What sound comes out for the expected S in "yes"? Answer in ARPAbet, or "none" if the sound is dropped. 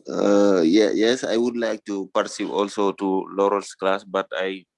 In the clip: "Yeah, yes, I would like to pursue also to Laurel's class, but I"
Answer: S